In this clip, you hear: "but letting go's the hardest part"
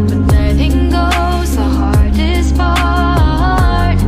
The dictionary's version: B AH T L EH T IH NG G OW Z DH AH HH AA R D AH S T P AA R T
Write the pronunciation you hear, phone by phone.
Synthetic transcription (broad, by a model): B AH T N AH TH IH NG G OW Z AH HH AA R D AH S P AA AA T